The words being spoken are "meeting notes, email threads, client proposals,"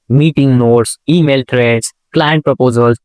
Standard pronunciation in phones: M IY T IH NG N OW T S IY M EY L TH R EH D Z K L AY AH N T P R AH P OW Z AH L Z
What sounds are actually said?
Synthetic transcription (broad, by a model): M IY T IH NG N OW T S IY M EY L T R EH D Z K L AY AH N T P R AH P OW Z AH L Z